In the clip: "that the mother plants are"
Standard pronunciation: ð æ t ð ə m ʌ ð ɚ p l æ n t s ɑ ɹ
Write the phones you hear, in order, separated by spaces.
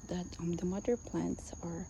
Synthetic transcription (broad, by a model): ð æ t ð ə m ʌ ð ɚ p l æ n t s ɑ ɹ